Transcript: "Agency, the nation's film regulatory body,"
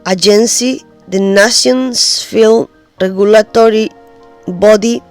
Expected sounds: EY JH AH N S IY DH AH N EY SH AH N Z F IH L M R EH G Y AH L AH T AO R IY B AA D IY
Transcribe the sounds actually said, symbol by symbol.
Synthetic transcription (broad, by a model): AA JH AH N S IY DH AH N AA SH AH N S F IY L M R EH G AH L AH T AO R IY B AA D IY